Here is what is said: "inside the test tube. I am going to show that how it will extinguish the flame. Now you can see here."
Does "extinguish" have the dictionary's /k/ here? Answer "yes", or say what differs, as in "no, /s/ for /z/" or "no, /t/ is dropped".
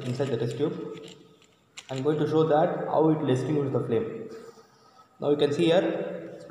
no, /k/ is dropped